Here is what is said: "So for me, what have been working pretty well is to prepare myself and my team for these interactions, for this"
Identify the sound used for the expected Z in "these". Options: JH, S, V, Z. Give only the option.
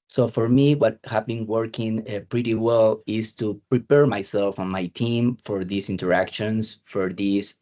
S